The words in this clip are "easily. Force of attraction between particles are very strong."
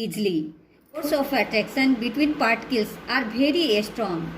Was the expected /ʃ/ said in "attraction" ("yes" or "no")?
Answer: no